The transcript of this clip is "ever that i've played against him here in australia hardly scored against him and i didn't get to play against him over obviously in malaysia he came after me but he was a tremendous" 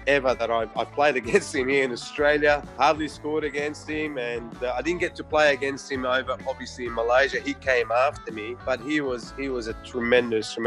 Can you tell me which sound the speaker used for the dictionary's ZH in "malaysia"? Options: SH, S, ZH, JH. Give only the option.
ZH